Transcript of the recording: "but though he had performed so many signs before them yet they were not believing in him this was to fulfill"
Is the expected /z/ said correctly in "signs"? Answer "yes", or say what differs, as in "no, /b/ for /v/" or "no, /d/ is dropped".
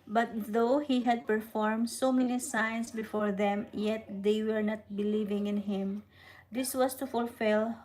no, /s/ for /z/